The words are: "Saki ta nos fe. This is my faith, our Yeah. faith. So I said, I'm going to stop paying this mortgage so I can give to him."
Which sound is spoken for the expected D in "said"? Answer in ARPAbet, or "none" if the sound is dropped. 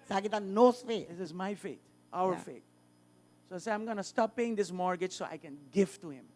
none